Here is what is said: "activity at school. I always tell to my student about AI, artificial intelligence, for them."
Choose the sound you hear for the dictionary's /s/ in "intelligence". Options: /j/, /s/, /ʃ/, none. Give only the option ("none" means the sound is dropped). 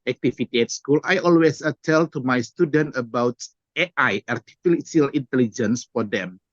/s/